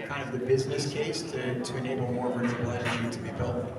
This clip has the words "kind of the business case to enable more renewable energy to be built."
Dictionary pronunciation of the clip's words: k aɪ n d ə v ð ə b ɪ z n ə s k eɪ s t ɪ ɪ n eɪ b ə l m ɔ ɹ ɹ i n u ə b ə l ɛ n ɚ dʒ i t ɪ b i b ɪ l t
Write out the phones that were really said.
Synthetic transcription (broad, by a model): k aɪ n d ə v ð ə b ɪ z n ə s k eɪ s t ɪ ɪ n eɪ b l m ɔ ɹ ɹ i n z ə ə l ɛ ɪ i t ɪ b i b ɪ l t